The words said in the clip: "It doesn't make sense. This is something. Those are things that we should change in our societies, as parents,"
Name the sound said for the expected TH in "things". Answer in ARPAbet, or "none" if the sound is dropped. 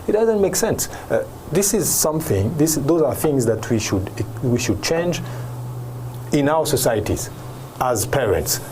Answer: TH